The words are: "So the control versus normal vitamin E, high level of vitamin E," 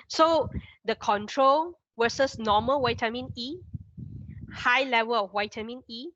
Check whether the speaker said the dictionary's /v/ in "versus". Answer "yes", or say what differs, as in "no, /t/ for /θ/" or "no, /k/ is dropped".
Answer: no, /w/ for /v/